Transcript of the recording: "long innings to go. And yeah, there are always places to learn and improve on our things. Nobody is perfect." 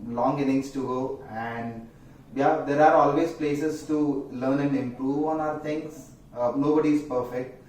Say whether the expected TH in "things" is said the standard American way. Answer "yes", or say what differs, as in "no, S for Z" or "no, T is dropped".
no, T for TH